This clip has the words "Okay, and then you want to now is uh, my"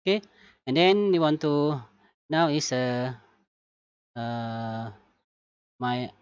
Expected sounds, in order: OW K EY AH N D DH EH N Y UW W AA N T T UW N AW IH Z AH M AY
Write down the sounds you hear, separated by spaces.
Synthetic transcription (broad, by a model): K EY AH N D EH N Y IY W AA N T T UW N AW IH S AH M AY